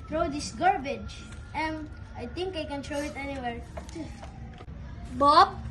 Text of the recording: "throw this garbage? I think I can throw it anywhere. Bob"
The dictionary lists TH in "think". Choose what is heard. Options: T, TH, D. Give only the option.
T